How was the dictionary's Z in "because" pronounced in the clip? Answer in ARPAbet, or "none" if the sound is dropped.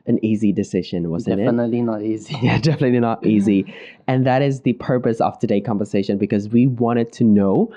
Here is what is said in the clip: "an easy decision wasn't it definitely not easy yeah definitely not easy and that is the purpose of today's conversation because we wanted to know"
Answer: Z